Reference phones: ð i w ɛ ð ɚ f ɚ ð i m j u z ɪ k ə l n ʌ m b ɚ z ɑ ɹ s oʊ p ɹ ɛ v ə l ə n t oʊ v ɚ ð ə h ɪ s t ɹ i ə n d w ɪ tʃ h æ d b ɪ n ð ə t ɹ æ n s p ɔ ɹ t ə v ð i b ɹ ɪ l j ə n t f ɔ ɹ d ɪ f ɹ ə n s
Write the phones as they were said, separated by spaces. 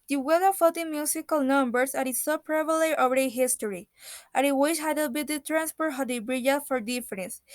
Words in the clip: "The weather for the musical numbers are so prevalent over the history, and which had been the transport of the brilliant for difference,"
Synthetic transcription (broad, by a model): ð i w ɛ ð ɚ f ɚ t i m j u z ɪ k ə l n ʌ m b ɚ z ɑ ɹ s oʊ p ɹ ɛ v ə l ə t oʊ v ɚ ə h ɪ s t ɹ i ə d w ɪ ʃ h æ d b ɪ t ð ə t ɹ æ n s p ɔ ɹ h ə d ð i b ɹ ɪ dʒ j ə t f ɔ ɹ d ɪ f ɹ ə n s